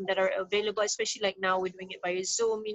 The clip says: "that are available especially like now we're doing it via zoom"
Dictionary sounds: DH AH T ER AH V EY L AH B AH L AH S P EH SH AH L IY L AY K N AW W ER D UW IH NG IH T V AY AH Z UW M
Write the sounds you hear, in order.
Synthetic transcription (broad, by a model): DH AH T ER AH V EY L AH B AH L AH S P EH SH AH L IY L AY K N AW W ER D UW IH NG IH T B AY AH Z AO M